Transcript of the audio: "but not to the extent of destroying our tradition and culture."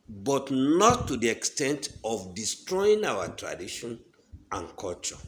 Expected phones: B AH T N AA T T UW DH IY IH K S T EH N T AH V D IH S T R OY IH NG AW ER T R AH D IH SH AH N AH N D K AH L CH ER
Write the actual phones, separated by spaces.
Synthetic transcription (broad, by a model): B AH T N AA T T UW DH IY IH K S T EH N T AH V D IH S T R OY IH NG AW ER T R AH D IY SH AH N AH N K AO L CH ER